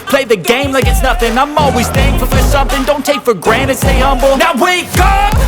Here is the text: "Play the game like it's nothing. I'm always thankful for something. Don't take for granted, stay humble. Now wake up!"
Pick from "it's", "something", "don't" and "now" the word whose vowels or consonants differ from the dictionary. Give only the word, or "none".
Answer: none